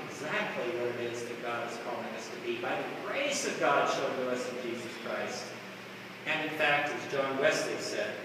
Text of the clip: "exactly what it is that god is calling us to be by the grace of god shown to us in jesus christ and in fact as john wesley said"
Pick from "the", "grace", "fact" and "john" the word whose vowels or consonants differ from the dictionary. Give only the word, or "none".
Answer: none